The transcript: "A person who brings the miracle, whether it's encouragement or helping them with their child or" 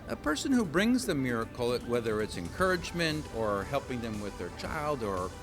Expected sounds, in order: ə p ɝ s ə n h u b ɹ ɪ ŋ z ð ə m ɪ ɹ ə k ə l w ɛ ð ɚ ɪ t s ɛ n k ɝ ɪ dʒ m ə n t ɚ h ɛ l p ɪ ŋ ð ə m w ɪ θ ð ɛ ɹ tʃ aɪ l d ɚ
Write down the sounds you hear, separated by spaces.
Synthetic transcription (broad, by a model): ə p ɝ s ə n h u b ɹ ɪ ŋ z ð ə m ɪ ɹ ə k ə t w ɛ ð ɚ ɪ t s ɛ n k ɝ ɪ dʒ m ə n t ɚ h ɛ l p ɪ ŋ ð ə m w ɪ ð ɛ ɹ tʃ aɪ l d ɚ